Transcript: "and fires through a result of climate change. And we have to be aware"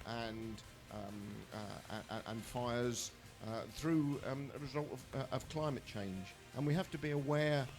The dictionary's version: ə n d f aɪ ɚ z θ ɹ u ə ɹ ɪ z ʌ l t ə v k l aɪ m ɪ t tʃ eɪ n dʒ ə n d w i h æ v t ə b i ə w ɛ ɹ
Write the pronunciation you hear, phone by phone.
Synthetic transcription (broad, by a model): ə n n f aɪ ɚ z θ ɹ u ə ɹ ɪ z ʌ l t ə v k l aɪ m ɪ t tʃ eɪ n dʒ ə n w i h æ f t ə b i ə w ɛ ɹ